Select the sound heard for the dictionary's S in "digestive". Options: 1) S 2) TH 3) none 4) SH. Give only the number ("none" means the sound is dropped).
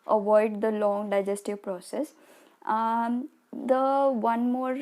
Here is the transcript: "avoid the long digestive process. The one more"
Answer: 1